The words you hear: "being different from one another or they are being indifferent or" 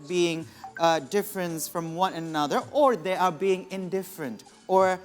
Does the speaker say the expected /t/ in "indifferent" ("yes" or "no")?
yes